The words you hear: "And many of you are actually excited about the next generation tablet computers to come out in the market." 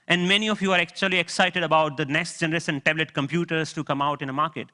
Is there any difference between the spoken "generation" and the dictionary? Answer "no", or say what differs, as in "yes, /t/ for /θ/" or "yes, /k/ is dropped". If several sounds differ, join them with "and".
yes, /s/ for /ʃ/